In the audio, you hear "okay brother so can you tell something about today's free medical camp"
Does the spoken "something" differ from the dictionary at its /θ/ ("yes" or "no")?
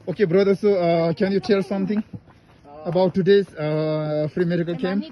yes